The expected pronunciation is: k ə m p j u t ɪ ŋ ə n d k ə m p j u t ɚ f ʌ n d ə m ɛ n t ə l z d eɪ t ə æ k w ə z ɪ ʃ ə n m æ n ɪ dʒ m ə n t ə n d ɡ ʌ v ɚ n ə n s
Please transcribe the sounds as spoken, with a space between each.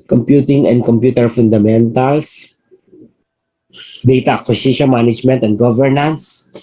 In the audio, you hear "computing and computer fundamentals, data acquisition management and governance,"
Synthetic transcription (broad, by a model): k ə m p j u t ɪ ŋ ə n d k ə m p j u t ɚ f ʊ n d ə m ɛ n t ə l s d eɪ t ə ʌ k w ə s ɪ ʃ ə n m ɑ n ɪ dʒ m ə n t ə n d ɡ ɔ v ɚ n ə n s